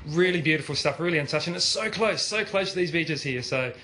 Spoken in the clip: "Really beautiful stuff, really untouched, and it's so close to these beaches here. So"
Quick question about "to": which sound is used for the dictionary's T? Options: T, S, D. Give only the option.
S